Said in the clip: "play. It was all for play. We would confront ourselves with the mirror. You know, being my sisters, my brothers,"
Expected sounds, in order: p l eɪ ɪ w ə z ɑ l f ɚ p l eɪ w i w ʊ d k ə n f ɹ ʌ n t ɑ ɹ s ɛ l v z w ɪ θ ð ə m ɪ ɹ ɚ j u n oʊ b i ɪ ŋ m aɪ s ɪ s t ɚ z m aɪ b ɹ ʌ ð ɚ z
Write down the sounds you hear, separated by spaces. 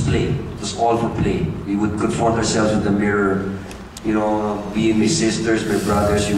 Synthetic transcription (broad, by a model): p l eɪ ɪ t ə s ɑ l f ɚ p l eɪ w i w ʊ d k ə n f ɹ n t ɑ ɹ s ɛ l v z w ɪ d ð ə m ɪ ɹ ɚ j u n oʊ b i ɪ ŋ m aɪ s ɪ s t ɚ s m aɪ b ɹ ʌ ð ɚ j